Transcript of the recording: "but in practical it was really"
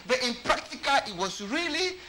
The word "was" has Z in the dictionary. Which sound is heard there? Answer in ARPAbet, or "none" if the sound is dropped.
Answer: S